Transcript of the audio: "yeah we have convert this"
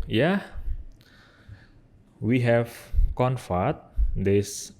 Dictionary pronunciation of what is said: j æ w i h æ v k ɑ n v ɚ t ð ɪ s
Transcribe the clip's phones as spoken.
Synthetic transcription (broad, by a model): j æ w i h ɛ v k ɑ n f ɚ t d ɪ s